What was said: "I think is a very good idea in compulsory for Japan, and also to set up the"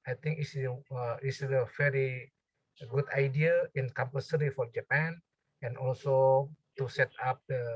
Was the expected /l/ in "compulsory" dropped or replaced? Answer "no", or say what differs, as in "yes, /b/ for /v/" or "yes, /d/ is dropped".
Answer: yes, /l/ is dropped